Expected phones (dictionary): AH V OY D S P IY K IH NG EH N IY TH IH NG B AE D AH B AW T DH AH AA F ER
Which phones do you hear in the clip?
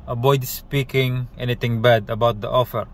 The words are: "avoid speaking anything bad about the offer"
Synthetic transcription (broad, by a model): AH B OY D S P IY K IH NG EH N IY T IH NG B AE D AH B AW T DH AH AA F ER